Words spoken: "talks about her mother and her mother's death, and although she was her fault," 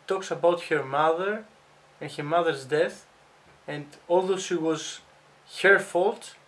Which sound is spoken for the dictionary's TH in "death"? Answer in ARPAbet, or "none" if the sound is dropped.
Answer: TH